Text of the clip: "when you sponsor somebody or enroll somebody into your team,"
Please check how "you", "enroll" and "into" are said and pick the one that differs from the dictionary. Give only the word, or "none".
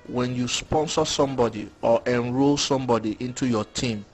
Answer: none